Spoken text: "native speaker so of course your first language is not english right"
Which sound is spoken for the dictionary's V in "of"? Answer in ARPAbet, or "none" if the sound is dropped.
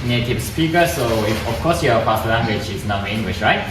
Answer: F